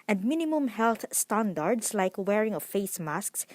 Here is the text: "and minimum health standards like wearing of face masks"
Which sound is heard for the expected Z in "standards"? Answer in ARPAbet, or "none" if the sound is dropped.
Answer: S